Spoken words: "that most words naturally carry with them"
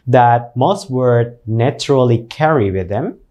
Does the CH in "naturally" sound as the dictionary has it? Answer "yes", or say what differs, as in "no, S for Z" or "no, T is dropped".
yes